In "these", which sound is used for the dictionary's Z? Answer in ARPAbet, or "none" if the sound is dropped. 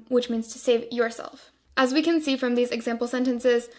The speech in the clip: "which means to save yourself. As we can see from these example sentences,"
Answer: Z